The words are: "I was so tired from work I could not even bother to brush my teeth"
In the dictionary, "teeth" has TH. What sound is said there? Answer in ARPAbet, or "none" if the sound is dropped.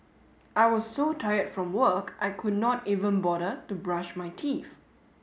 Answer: F